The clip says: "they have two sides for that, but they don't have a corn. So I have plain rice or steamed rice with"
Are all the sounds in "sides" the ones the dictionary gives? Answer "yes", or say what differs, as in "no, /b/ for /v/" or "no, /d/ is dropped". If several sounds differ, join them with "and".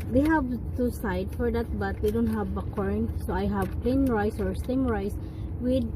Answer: no, /z/ is dropped